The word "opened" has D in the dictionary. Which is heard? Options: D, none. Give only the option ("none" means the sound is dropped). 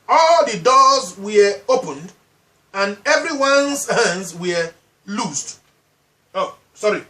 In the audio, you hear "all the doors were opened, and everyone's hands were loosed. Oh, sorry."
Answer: D